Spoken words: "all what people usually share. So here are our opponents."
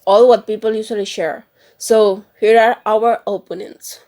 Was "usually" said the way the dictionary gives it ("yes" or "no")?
no